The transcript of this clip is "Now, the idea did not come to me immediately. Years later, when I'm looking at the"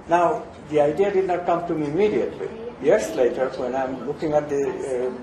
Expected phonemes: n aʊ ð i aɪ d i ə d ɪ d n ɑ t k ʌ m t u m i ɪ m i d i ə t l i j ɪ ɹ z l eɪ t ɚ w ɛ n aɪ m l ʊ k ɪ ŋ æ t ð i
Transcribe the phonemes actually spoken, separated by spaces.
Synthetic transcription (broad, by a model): n aʊ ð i aɪ d i ə d ɪ d n ɑ t k ʌ m t u m i ɪ m i d i ə t l i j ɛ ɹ s l eɪ t ɚ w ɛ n aɪ m l ʊ k ɪ ŋ æ t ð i